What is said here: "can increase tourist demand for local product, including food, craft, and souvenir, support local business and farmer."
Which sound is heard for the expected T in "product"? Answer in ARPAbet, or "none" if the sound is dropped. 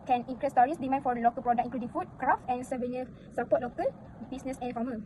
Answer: none